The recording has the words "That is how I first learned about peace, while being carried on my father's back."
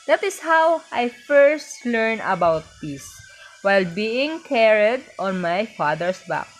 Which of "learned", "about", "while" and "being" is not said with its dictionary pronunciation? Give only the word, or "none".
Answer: learned